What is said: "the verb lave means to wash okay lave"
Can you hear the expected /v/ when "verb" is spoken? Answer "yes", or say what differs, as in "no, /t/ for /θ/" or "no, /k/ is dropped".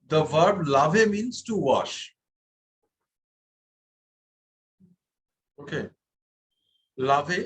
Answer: yes